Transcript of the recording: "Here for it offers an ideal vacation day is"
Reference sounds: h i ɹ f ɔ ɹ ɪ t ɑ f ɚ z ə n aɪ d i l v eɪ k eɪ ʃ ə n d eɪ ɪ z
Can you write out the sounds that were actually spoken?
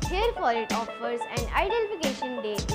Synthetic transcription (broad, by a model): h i ɹ f ɔ ɹ ɪ t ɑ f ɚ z ə n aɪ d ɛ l f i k eɪ ʃ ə n d eɪ